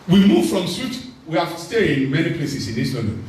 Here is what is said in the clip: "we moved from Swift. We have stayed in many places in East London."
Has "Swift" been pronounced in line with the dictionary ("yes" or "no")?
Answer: no